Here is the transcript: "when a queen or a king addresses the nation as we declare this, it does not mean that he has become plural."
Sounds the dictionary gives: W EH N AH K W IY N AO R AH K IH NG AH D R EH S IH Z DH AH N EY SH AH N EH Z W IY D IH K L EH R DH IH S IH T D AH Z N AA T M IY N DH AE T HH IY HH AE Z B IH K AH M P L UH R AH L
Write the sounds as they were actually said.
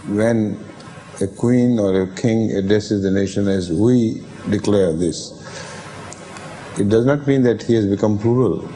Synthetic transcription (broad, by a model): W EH N AH K W IY N AO R AH K IH NG AH D R EH S IH Z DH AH N EY SH AH N EH Z W IY D IH K L EH R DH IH S IH T D AH Z N AA T M IY N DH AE T HH IY HH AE Z B IH K AH M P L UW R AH L